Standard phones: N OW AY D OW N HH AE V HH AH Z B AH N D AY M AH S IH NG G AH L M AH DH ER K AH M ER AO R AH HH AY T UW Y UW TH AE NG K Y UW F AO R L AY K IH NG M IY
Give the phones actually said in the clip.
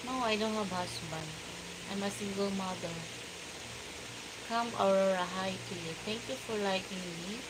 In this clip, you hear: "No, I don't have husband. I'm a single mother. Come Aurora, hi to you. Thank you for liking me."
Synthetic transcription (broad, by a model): N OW AY D OW N HH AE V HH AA S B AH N AY M AH S IH NG G AH L M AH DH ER K AH M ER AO R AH HH AY T UW Y UW T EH NG K Y UW F AO R L AY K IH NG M IY